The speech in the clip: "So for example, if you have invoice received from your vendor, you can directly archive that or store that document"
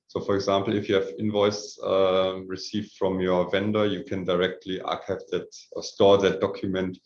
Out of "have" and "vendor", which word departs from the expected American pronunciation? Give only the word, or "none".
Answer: none